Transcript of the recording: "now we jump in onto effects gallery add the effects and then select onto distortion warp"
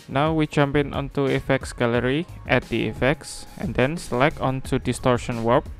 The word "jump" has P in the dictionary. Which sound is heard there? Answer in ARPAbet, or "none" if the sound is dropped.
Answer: P